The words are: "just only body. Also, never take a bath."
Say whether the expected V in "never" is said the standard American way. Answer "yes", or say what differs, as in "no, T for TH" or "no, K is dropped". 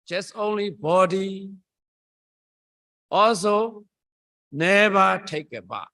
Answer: no, B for V